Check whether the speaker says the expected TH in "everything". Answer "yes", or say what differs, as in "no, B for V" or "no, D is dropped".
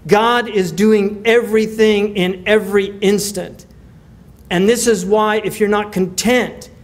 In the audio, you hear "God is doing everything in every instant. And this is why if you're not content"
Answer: yes